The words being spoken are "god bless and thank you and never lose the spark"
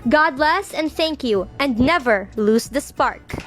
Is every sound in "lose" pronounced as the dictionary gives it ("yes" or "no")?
no